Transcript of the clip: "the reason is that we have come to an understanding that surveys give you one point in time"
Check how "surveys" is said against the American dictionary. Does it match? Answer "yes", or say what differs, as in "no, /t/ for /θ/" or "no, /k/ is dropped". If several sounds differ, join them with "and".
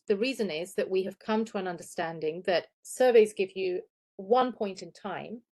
yes